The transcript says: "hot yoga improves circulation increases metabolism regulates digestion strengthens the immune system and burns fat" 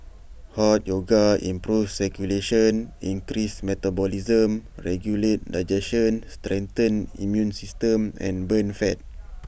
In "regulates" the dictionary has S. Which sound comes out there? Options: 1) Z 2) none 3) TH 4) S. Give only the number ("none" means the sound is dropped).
2